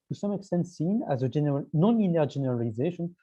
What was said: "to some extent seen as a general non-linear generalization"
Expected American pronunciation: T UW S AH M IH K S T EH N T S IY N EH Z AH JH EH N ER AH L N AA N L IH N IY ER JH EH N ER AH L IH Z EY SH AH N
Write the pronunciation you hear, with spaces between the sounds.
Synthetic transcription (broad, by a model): T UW S AH M IH K S T EH N T S IY N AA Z AH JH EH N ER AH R N AA N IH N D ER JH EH N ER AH L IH Z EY SH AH N